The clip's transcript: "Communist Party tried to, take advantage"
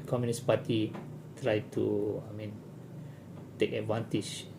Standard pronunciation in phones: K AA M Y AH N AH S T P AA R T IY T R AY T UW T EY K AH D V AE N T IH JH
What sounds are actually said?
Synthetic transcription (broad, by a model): K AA M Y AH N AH S P AA T IY T R AY T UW T EY K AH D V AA N T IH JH